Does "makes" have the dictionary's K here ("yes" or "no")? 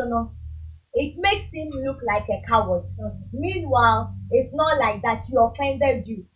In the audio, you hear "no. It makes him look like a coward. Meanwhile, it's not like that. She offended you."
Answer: yes